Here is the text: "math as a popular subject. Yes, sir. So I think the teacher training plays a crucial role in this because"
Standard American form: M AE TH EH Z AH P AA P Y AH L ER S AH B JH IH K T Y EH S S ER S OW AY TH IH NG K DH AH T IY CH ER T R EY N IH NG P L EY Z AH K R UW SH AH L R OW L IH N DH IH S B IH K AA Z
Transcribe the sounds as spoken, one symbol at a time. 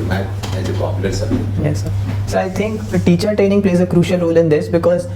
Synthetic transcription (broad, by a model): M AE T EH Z AH P AA P Y AH L ER S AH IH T Y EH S S ER S OW AY T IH NG K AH T IY CH ER T R EY N IH NG P L EY Z AH K R UW SH AH L R OW L IH N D IH S B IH K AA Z